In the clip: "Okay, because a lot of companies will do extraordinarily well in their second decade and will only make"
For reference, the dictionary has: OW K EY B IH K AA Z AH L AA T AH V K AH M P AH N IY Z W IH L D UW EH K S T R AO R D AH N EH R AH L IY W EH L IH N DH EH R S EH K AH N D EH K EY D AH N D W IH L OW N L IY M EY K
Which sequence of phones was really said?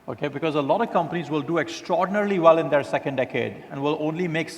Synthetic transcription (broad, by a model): OW K EY B IH K AA Z AH L AA T AH V K AH M P AH N IY Z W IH L D UW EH K S T R AO R D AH N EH R L IY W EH L IH N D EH R S EH K AH N D EH K EY D AH N D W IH L OW N L IY M EY K